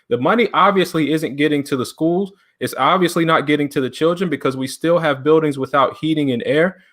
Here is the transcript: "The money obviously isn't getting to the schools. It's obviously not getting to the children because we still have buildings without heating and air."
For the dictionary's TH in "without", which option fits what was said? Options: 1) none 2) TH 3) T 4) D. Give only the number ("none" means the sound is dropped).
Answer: 2